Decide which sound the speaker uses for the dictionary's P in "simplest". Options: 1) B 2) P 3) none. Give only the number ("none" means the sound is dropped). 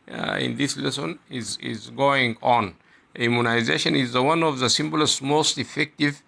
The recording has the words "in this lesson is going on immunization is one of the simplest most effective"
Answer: 1